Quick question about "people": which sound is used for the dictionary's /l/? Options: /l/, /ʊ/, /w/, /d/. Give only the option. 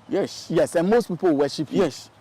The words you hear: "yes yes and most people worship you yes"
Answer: /w/